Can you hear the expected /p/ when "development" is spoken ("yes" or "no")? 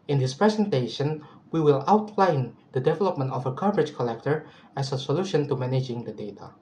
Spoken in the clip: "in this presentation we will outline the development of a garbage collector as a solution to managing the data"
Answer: yes